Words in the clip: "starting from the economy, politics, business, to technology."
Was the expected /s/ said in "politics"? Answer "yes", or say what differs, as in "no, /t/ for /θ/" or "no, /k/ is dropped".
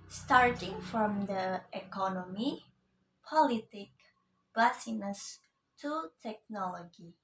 no, /s/ is dropped